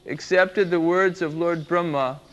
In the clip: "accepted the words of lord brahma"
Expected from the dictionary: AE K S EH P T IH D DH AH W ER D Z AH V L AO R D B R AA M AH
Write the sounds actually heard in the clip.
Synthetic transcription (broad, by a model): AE K S EH P T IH D DH AH W ER D Z AH V L AO R D B R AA M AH